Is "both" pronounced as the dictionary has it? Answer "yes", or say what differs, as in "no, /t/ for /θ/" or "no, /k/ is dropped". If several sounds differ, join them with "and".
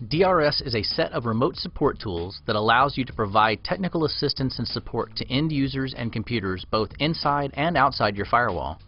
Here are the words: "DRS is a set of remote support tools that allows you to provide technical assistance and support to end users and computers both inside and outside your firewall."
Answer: yes